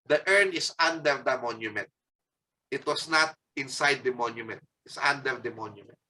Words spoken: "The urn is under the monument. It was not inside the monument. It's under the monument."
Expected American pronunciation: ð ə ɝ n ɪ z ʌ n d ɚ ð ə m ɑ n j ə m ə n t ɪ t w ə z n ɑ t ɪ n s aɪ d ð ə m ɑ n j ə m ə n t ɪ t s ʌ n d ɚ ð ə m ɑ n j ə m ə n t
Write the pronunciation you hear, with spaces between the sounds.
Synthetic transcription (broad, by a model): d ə ɝ n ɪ s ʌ n d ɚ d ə m ɑ n j ə m ə n t ɪ t w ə s n ɑ t ɪ n s aɪ d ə m ɑ n j ə m ə n t ɪ t s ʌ n d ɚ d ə m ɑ n j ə m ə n t